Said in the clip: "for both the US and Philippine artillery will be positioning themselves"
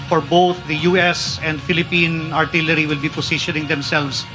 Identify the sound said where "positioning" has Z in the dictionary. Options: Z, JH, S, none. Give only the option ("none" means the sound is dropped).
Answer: S